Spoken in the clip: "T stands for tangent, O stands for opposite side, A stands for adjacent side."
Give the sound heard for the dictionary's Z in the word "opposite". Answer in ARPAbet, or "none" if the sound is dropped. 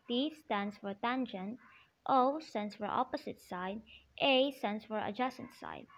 S